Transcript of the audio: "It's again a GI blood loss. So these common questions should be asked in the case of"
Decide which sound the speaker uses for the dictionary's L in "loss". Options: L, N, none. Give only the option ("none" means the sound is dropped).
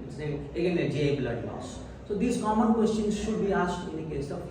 N